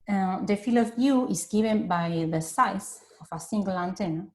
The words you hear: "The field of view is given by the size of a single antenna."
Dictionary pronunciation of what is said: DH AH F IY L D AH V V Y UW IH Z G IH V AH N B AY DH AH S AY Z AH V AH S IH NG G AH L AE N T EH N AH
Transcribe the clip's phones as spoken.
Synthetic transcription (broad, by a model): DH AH F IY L AH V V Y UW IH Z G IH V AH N B AY DH AH S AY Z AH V AH S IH NG G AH L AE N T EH N